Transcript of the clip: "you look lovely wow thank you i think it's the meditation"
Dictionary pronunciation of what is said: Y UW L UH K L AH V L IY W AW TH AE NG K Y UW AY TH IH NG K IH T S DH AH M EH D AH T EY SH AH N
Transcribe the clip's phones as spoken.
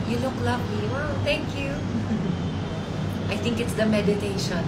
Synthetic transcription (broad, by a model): Y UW L UH K L AH V L IY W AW T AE NG K Y UW AY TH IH NG K IH T S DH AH M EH D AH T EY SH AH N